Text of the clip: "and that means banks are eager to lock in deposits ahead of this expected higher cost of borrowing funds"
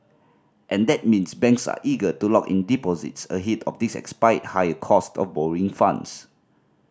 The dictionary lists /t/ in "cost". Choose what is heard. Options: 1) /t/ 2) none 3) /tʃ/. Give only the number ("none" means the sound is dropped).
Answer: 1